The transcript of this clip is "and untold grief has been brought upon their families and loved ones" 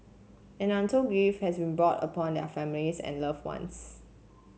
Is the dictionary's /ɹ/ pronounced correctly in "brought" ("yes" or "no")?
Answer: yes